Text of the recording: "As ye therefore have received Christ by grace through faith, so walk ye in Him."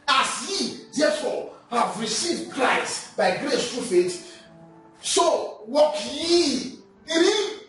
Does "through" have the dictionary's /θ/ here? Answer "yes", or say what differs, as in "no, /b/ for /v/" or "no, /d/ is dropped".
no, /t/ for /θ/